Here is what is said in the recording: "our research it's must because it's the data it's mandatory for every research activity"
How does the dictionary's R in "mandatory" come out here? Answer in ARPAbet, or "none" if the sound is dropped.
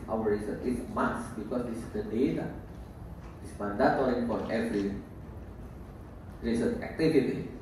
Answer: L